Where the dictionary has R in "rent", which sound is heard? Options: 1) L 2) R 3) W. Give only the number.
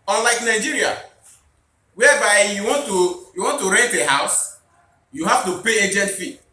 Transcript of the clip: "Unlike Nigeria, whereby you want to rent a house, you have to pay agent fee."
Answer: 3